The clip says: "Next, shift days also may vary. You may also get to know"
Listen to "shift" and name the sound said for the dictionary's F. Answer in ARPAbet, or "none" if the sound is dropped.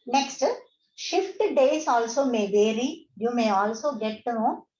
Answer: F